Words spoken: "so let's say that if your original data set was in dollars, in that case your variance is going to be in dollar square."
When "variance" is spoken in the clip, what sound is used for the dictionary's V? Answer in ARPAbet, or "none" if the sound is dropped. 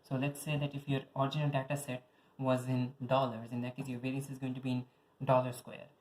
P